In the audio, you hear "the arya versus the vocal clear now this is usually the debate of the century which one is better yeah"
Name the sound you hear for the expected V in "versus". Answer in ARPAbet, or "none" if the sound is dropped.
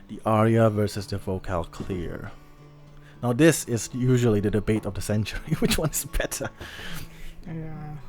V